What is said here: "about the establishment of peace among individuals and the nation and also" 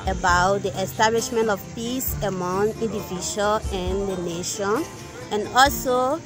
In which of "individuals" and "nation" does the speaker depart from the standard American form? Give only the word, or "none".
individuals